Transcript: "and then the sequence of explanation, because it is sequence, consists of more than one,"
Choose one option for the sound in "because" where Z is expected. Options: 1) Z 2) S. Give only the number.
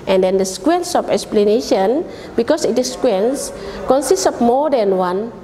2